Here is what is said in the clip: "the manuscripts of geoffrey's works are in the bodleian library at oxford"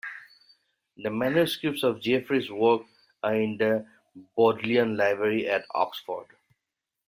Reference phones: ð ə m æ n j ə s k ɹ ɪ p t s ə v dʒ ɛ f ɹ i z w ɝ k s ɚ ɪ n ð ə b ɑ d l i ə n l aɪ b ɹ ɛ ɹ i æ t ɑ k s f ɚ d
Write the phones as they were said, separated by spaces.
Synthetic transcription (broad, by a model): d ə m æ n j ə s k ɹ ɪ p t s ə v dʒ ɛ f ɹ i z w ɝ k ɚ ɪ n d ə b ɑ d l i ə n l aɪ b ɹ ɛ ɹ i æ t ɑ k s f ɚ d